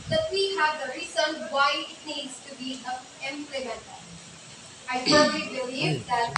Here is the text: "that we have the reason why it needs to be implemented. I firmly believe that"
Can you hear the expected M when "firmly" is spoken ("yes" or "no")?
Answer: no